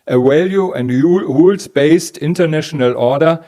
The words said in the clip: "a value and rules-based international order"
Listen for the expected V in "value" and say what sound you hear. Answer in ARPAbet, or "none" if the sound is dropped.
W